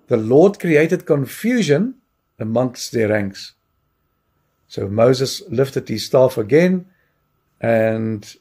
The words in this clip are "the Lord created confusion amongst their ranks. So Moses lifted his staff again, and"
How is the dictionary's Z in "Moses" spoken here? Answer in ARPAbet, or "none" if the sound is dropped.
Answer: Z